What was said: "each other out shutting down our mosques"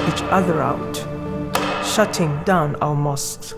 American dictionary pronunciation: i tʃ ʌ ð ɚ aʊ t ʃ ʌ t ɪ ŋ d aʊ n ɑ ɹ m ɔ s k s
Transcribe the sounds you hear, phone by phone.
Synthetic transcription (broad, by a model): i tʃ ʌ ð ɚ aʊ t ʃ ʌ t ɪ ŋ d aʊ n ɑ l m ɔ s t